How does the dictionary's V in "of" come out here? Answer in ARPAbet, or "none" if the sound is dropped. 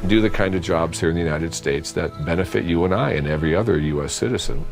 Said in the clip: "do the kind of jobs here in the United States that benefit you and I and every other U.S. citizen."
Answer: V